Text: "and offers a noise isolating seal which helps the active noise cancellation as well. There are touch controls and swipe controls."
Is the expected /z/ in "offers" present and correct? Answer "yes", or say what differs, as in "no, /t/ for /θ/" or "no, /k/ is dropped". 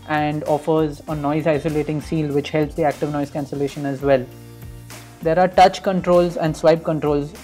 yes